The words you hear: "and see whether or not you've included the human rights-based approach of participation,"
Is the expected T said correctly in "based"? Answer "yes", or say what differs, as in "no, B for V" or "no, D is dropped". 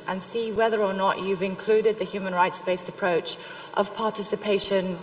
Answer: yes